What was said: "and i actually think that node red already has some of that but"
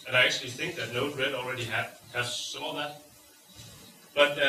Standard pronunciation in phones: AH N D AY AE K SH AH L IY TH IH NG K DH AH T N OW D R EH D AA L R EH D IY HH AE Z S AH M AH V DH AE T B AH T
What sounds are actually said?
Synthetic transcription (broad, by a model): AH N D AY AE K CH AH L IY TH IH NG K DH AH T N OW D R EH D AA L R EH D IY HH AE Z S AH M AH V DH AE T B AH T